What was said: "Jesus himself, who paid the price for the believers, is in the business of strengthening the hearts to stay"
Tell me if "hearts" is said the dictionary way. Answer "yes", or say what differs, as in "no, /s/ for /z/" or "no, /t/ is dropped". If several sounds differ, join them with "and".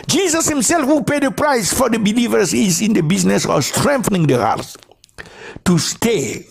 no, /s/ is dropped